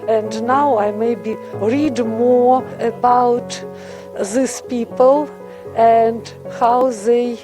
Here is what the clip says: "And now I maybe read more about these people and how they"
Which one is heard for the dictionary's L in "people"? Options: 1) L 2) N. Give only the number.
1